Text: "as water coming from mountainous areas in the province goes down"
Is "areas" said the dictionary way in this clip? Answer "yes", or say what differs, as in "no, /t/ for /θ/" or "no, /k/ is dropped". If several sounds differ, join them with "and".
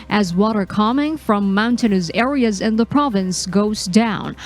yes